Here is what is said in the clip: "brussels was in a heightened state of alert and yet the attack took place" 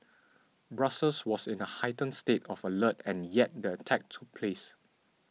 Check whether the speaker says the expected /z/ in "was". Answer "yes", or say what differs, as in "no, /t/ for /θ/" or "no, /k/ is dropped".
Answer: no, /s/ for /z/